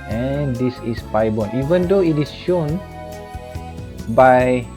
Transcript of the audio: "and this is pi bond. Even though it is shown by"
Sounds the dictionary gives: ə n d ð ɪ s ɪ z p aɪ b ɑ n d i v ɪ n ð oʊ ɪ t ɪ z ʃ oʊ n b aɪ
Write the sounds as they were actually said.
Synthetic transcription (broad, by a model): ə n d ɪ s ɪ s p aɪ b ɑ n i v ɪ n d oʊ ɪ t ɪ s ʃ oʊ n b aɪ